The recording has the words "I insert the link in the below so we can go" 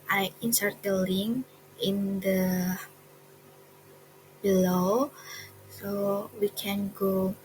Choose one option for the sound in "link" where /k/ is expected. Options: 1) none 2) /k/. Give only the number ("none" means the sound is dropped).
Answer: 1